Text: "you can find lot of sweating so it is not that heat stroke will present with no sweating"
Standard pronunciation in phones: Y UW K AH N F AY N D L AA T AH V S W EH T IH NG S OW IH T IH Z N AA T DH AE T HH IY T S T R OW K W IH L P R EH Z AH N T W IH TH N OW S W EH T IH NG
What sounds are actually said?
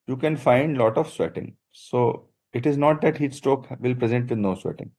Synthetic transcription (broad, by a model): Y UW K AH N F AY N D L AA T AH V S W EH T IH NG S OW IH T IH Z N AA T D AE T HH IY T S T OW K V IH L P R EH Z AH N T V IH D N OW S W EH T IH NG